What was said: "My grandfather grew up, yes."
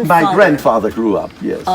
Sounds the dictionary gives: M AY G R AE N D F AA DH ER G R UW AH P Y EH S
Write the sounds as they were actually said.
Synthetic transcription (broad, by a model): M AY G R AE N D F AA DH ER G R UW AH P Y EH S